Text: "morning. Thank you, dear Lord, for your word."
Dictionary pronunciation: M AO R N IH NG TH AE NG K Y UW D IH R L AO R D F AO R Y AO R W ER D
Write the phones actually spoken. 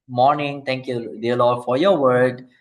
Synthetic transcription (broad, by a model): M AO R N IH NG T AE NG K Y UW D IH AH L AO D F AO R Y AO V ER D